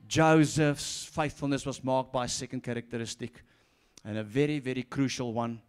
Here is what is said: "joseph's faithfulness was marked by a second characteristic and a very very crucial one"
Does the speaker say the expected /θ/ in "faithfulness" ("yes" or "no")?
yes